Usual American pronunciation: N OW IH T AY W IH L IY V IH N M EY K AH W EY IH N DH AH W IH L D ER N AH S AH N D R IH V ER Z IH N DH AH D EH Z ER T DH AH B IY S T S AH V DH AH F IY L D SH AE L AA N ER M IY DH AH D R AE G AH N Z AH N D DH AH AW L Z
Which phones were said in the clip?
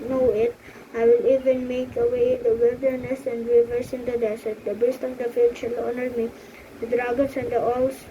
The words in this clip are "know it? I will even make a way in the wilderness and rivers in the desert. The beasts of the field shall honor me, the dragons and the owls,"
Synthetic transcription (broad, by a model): N OW IH T AY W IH L IY V IH N M EY K AH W EY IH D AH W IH L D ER N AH S AH N D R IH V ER S IH N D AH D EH S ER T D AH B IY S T AH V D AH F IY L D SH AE L AA N ER M IY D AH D R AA G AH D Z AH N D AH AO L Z